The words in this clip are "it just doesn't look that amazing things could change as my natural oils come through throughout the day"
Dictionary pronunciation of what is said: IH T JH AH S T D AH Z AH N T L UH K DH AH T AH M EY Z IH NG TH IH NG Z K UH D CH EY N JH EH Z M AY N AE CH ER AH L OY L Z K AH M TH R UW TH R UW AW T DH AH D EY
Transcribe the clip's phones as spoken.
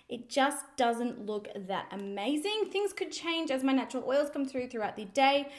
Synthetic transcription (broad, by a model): IH T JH AH S D AH Z AH N T L UH K DH AH T AH M EY Z IH NG TH IH NG Z K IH D CH EY N JH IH Z M AY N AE CH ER L OY L Z K AH M TH R UW TH R UW AW T DH AH D EY